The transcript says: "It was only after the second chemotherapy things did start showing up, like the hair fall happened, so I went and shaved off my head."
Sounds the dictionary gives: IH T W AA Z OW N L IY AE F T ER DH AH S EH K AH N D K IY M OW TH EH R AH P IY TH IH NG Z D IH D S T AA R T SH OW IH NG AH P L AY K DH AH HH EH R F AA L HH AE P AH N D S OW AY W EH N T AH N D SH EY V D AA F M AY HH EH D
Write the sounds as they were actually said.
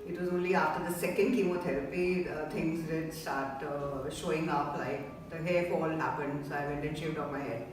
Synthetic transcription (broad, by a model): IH T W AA Z OW N L IY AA F T ER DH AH S EH K AH N D K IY M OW T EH R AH P IY T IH NG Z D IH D S T AA R T SH OW IH NG AH P L AY K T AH HH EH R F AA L HH AE P AH N D S OW AY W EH N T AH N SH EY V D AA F M AY HH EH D